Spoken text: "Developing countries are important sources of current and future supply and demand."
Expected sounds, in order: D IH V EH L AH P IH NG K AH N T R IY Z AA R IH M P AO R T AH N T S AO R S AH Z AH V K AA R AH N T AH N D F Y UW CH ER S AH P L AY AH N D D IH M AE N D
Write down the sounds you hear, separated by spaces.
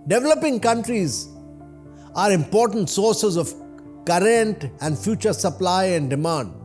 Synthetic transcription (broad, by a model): D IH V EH L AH P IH NG K AH N T R IY Z AA R IH M P AO R T AH N T S AO R S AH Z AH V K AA R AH N T AH N D F Y UW CH ER S AH P L AY AH N D D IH M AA N D